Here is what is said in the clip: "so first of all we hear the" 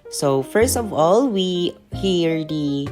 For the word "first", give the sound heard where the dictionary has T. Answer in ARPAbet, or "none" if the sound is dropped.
T